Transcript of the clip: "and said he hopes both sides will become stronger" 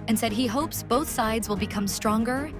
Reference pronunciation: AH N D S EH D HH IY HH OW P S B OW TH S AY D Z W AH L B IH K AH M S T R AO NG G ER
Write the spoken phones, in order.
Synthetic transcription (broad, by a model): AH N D S EH D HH IY HH OW P S B OW TH S AY D Z W AH L B IH K AH M S T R AO NG G ER